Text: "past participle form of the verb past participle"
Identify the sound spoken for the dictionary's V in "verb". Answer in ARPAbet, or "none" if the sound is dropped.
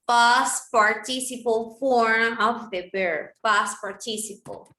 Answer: B